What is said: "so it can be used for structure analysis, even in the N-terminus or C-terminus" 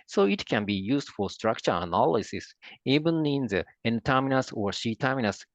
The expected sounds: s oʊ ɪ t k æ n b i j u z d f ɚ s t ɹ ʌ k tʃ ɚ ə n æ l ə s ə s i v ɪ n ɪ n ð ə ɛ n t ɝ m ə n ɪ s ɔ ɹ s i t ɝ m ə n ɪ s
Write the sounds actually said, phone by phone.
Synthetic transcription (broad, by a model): s oʊ ɪ t k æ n b i j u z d f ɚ s t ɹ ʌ k tʃ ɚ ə n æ l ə s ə s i b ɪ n ɪ n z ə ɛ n t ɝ m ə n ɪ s ɔ ɹ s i t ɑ m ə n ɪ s